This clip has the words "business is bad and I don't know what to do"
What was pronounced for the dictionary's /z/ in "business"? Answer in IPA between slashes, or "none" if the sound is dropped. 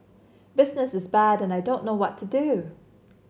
/z/